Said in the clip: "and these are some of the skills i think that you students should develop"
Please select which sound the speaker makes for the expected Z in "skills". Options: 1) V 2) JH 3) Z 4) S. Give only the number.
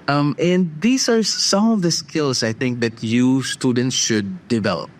4